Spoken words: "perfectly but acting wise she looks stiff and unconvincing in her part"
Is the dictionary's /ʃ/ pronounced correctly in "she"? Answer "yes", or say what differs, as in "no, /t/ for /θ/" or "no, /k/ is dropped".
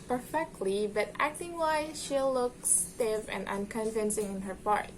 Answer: yes